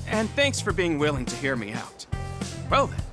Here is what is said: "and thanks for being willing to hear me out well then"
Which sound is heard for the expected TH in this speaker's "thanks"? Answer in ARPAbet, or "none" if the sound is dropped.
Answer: TH